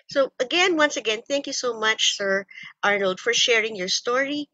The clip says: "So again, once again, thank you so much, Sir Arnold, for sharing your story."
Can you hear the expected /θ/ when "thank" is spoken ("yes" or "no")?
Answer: yes